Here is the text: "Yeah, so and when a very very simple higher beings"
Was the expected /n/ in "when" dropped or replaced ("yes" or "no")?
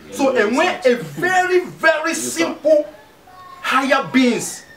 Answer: yes